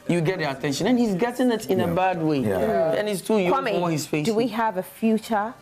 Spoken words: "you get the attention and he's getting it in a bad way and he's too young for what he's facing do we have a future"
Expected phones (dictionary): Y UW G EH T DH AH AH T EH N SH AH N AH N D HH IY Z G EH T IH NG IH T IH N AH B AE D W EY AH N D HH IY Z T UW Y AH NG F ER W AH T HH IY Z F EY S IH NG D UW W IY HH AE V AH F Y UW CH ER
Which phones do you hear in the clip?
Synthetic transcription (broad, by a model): Y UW G EH T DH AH AH T EH N SH AH N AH N HH IY Z G EH T IH NG IH T IH N AH B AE D W EY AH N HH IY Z T UW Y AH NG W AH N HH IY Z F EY IH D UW W IY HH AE V AH F Y UW CH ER